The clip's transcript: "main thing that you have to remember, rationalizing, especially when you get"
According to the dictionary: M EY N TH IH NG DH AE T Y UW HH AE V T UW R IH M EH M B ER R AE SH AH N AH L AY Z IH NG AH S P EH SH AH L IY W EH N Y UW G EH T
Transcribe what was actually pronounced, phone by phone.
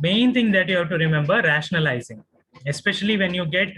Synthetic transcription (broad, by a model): M EY N T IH NG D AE T Y UW HH AE V T UW R IH M EH M B ER R AE SH AH N AH L AY Z IH NG AH S P EH SH AH L IY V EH N Y UW G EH T